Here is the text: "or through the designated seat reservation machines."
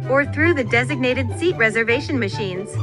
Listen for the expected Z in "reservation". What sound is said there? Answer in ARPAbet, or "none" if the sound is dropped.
Z